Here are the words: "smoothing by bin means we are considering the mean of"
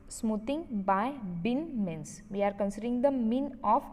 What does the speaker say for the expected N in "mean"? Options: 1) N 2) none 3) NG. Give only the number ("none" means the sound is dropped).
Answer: 1